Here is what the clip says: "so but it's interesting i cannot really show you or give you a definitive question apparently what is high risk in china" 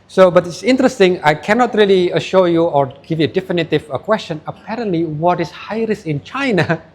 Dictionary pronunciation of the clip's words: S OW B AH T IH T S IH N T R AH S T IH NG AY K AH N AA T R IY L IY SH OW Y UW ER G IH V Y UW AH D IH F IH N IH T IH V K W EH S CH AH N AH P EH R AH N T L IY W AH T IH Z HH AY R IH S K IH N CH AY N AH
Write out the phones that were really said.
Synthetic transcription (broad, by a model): S OW B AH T IH T S IH N T R AH S T IH NG AY K AH N AA T R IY L IY SH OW Y UW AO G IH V Y UW D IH F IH N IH T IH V K W EH S CH AH N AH P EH R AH N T L IY W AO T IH S HH AY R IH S IH N CH AY N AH